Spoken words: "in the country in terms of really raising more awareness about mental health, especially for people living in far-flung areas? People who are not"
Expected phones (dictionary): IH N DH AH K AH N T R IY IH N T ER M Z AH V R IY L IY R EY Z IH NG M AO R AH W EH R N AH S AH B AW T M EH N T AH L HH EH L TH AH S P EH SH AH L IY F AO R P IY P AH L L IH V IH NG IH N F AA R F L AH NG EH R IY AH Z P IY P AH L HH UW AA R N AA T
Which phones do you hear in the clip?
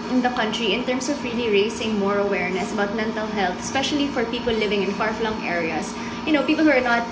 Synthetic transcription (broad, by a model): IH N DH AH K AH N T R IY IH N T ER M S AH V R IY L IY R EY S IH NG M AO R AH W EH R N AH S AH B AW T M EH N T AH L HH EH L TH AH S P EH SH AH L IY F AO R P IY P AH L L IH V IH NG IH N F AA R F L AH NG EH R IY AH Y P IY P AH L HH UW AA R N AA T